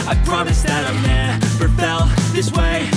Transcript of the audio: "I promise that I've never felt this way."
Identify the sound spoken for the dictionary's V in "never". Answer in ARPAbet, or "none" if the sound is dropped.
P